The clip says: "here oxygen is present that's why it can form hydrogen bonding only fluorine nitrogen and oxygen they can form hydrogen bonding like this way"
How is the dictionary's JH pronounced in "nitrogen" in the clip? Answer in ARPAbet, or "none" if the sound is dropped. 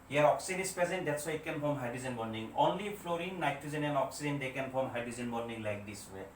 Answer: Z